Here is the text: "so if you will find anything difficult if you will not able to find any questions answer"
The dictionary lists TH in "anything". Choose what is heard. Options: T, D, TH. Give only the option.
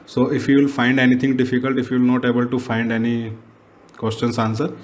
T